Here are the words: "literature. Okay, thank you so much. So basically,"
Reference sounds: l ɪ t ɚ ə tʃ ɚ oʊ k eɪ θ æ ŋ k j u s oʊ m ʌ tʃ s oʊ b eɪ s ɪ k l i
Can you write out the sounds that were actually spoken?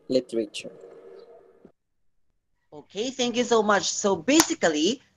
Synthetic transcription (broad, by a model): l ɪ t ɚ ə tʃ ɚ oʊ k eɪ θ æ ŋ k j u s oʊ m ʌ tʃ s oʊ b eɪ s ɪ k l i